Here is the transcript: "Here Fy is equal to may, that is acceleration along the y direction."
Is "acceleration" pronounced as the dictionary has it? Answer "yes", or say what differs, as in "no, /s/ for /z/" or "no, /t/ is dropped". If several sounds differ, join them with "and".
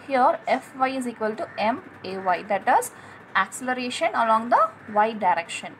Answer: yes